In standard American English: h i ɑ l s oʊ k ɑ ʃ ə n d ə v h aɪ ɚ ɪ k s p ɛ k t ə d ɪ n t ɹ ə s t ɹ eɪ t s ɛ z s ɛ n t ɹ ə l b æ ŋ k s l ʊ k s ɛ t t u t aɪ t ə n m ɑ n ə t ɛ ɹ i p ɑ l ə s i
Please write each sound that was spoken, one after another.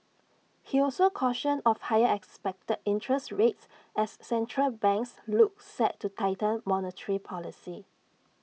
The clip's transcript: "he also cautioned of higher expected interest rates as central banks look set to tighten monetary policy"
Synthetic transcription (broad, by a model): h i ɑ l s oʊ k ɑ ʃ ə n ə f h aɪ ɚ ɪ k s p ɛ k t ə d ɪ n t ɹ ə s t ɹ eɪ t s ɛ s ɛ n t ɹ ə l b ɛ ŋ k s l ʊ k s ɛ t t u t aɪ t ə l m ɑ n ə t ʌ ɹ i p ɑ l ə s i